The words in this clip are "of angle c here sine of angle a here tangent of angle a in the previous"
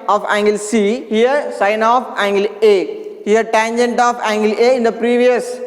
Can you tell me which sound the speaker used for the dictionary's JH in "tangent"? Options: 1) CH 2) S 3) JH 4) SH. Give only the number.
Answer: 3